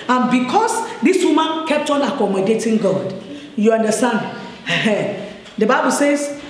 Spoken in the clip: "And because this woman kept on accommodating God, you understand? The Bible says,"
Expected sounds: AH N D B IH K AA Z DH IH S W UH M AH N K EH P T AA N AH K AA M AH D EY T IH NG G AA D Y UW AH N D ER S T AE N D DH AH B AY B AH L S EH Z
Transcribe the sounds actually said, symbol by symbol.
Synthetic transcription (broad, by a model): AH N B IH K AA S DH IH S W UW M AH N K EH P T AA N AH K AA M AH D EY T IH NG G AA D Y UW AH N D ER S T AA N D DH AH B AY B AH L S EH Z